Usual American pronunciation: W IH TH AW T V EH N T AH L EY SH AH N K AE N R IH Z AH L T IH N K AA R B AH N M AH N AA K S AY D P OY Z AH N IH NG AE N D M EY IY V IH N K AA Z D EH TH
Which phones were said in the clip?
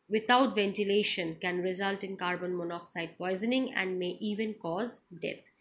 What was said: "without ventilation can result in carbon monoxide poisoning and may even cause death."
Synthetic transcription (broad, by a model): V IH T AW T V EH N T AH L EY SH AH N K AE N R IH Z AH L T IH N K AA R B AH N M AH N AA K S AY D P OY Z AH N IH NG AE N D M EY IY V IH N K AA Z D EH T